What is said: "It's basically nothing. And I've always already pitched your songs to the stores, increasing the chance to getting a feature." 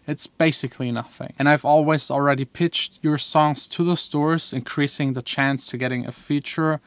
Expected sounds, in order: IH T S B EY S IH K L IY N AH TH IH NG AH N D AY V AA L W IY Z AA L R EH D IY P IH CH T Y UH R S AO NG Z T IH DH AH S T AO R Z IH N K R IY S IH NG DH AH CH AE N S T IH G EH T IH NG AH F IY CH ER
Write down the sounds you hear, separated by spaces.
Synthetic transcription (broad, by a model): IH T S B EY S IH K L IY N AH TH IH NG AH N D AY V AA L W IY Z L R EH D IY P IH CH T Y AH R S AO NG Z T IH DH AH S T AO R Z IH N K R IY S IH NG DH AH CH AE N S T IH G EH T IH NG AH F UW CH ER